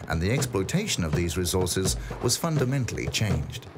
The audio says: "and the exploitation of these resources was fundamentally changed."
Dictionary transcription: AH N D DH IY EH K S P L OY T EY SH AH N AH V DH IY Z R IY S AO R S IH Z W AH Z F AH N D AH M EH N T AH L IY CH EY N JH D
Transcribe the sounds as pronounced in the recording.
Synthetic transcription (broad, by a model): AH N DH IY EH K S P L OY T EY SH AH N AH V DH IY Z R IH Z AO R S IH Z W AH Z F AH N D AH M EH N T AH L IY CH EY N JH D